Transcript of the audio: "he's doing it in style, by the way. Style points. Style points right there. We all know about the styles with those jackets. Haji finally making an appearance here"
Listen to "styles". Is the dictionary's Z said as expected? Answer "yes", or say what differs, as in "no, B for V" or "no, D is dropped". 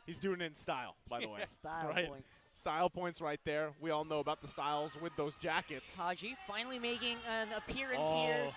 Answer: yes